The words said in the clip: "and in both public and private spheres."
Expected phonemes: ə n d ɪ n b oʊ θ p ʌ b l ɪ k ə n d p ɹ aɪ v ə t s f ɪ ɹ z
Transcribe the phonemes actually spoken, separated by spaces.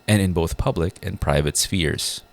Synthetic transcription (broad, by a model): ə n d ɪ n b oʊ θ p ʌ b l ɪ k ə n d p ɹ aɪ v ə t s f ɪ ɹ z